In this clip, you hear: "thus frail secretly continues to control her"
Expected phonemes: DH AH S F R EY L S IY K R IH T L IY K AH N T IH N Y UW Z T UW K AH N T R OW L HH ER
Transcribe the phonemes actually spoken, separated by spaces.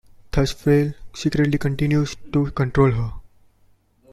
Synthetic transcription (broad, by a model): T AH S F EY L S IY K R IH T L IY K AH N T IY N Y UW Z T UW K AH N T R OW L HH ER